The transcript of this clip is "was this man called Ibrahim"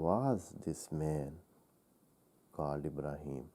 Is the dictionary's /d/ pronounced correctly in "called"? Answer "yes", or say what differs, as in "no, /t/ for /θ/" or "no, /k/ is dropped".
no, /d/ is dropped